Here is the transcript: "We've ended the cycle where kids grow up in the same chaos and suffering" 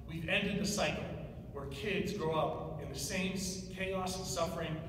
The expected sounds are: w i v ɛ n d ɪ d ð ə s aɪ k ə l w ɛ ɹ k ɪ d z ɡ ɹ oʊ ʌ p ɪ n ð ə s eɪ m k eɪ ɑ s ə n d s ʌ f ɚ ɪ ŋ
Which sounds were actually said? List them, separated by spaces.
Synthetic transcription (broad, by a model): w i v ɛ n d ɪ d ð ə s aɪ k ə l w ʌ ɹ k ɪ d z ɡ ɹ oʊ ʌ p ɪ n ð ə s eɪ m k eɪ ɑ ə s s ʌ f ɚ ɪ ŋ